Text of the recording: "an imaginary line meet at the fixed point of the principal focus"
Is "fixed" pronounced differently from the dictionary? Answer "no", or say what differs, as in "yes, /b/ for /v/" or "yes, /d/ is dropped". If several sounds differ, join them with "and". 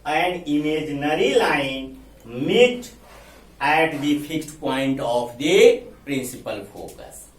yes, /p/ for /f/